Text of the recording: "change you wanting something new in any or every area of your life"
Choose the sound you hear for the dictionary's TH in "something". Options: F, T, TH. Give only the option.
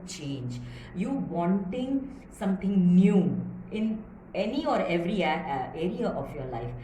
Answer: T